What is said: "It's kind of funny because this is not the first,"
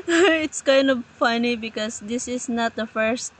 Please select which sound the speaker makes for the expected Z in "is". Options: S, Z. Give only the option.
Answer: S